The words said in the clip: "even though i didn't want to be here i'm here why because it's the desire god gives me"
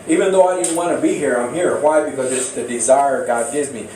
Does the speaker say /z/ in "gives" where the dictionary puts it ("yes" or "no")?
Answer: yes